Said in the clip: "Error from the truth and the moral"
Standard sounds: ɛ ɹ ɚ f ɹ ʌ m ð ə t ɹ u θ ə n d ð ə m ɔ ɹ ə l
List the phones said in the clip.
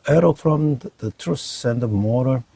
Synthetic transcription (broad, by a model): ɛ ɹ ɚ f ɹ ʌ m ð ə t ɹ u s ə n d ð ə m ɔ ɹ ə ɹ